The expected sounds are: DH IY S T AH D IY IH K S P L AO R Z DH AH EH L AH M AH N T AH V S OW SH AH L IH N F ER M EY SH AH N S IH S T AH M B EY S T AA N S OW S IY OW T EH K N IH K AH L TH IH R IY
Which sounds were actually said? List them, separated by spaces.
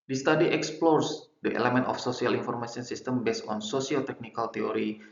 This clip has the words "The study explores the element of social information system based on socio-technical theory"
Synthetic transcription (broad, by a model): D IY S T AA D IY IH K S P L AO R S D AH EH L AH M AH N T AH F S OW S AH L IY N F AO M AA S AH N S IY S T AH M B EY S AA N S OW S IY OW T EH K N IH K AH L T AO R IY